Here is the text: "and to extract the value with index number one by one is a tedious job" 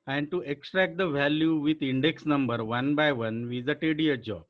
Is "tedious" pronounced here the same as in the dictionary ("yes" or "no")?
no